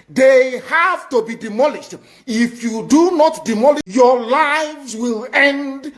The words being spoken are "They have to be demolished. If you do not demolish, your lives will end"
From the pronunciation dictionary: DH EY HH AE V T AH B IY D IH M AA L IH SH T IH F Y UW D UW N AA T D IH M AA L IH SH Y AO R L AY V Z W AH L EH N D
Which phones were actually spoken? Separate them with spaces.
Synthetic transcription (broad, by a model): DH EY HH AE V T AH B IY D IH M AA L IH SH T IH F Y UW D UW N AA T D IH M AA L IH Y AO L AY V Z W AH L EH N D